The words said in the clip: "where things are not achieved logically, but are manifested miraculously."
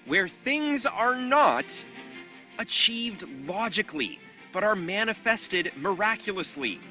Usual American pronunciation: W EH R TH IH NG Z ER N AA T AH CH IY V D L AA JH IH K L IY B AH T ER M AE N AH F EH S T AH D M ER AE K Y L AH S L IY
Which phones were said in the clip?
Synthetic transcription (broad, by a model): W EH R TH IH NG Z ER N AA T AH CH IY V D L AA JH IH K L IY B AH T ER M AE N AH F EH S T AH D M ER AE K Y L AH S L IY